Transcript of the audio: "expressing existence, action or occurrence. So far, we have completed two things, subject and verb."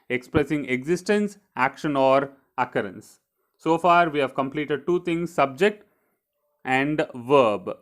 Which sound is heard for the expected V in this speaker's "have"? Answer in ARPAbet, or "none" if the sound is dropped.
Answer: V